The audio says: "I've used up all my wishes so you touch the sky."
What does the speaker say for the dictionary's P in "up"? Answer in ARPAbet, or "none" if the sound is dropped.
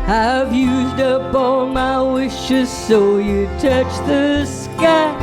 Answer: B